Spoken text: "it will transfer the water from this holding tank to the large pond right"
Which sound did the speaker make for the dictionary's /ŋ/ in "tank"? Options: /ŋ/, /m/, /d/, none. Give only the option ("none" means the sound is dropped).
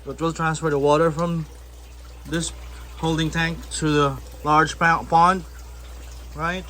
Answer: /ŋ/